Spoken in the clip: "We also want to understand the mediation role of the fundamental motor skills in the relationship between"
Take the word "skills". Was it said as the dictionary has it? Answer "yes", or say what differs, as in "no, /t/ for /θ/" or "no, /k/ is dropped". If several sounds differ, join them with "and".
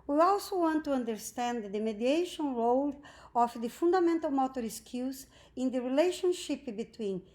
no, /l/ is dropped